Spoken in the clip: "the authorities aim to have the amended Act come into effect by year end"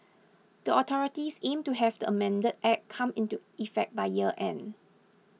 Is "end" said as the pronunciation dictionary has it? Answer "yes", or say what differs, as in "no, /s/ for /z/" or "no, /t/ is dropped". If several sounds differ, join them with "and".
no, /d/ is dropped